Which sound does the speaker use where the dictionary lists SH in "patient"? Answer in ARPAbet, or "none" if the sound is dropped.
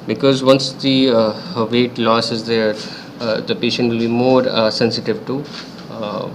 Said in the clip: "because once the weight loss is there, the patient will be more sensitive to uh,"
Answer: SH